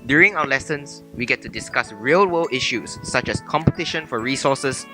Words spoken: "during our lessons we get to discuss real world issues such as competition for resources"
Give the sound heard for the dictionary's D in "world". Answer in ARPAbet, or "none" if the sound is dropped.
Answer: none